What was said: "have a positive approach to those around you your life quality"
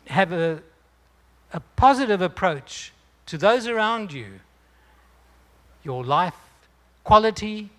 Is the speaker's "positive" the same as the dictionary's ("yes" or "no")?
yes